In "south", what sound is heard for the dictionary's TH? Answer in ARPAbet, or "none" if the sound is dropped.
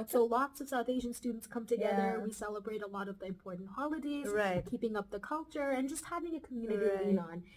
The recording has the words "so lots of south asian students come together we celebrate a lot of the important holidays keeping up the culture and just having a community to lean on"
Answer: TH